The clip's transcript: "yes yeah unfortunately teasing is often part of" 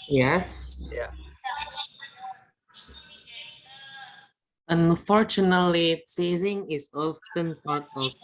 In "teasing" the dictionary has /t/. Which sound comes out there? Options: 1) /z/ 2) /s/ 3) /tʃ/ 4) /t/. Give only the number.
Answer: 2